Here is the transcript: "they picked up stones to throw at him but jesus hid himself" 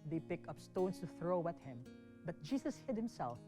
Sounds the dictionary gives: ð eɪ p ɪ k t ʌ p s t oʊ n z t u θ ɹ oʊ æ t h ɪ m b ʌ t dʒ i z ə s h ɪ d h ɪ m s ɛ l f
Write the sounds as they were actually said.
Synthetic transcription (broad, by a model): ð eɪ p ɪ k ʌ p s t oʊ n s t u θ ɹ oʊ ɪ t h ɪ m b ʌ t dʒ i s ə s h ɪ d h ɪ m s ɛ l f